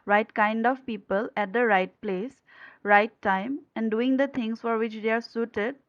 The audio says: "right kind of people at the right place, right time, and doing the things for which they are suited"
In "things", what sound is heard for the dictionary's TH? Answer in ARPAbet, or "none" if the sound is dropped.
T